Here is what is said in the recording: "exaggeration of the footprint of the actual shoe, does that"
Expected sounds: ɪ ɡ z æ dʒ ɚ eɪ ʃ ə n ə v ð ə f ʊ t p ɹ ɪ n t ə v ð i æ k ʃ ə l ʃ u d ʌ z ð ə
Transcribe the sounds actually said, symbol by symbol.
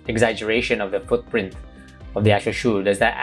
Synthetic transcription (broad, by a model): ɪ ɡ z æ dʒ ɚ eɪ ʃ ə n ə v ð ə f ʊ t p ɹ ɪ n t ə v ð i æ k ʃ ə ʃ u d ʌ z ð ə